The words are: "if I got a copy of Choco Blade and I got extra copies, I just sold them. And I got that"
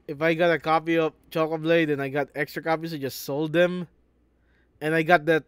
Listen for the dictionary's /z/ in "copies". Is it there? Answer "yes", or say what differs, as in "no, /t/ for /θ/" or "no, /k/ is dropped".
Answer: no, /s/ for /z/